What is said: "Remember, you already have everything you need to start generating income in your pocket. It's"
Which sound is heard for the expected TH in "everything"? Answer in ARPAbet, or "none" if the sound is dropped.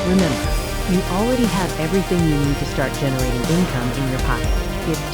TH